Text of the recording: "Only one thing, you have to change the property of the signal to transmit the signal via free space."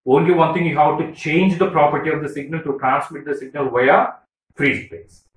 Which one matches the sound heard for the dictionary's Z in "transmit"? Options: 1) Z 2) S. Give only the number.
2